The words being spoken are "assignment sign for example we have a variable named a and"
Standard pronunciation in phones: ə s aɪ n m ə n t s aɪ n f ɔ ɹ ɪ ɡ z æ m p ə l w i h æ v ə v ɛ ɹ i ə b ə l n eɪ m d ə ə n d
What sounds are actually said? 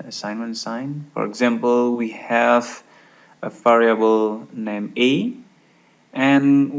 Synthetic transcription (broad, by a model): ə s aɪ n m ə n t s aɪ n f ɔ ɹ ɪ ɡ z æ m p ə l w i h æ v ə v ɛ ɹ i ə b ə l n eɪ m ə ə n